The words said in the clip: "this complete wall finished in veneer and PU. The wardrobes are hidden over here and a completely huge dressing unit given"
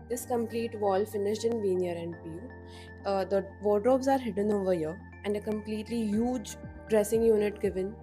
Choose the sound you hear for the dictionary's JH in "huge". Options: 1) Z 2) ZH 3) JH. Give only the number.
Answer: 3